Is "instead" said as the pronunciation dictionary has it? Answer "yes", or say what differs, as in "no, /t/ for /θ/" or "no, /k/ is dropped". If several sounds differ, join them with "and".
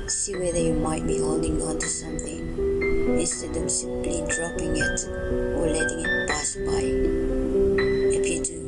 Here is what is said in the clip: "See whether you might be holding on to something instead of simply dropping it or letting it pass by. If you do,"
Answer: no, /n/ is dropped